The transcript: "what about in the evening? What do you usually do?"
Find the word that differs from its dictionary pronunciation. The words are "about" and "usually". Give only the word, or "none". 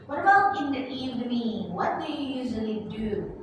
none